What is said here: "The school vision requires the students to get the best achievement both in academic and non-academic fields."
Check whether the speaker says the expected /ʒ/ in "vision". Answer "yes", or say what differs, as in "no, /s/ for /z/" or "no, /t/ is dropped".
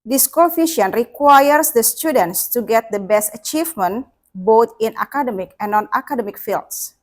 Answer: no, /ʃ/ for /ʒ/